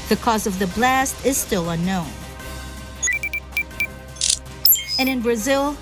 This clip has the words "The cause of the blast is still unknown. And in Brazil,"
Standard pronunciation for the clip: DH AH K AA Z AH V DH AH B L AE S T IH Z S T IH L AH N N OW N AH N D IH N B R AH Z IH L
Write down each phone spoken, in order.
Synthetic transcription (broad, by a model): DH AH K AA Z AH V DH AH B L AE S T IH Z S T IH L AH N N OW N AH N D IH N B R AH Z IH L